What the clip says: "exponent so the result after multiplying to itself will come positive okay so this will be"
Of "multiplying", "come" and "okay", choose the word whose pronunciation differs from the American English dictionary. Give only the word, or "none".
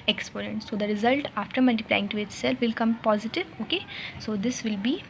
none